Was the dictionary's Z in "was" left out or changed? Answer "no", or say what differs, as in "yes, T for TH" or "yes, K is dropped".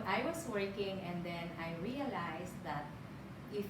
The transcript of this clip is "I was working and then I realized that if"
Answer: yes, S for Z